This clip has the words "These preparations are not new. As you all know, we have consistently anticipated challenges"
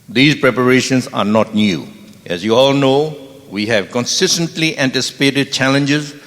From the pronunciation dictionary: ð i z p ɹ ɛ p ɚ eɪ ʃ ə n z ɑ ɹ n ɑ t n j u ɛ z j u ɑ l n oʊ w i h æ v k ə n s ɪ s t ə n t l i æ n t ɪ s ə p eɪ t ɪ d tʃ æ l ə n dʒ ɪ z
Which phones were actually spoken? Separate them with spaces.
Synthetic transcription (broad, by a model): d i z p ɹ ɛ p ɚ eɪ ʃ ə n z ɑ ɹ n ɑ t n j u ɛ z j u ɑ l n oʊ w i h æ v k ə n s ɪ s t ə n t l i æ n t ɪ s ə p eɪ t ɪ d tʃ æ l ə n dʒ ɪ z